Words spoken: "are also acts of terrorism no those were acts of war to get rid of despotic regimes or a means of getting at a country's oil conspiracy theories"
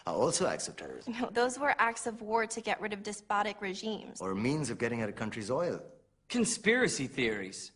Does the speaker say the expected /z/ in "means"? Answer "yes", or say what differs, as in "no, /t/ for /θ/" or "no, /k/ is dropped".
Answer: yes